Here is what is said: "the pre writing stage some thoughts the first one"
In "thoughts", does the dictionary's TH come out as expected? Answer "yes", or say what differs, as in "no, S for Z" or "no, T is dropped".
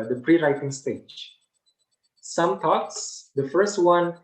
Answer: no, T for TH